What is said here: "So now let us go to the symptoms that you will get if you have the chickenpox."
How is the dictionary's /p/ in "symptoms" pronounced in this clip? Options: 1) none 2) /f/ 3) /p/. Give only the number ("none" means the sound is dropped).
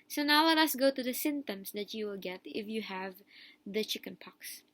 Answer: 1